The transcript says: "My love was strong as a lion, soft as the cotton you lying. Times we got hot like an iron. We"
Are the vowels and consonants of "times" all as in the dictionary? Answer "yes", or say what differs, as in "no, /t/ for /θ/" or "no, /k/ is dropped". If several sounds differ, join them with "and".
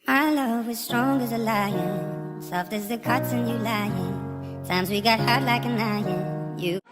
yes